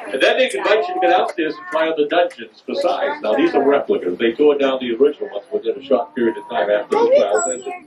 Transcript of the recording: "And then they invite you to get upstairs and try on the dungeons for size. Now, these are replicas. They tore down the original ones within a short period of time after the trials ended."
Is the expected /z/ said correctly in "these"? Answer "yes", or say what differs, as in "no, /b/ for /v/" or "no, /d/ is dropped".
yes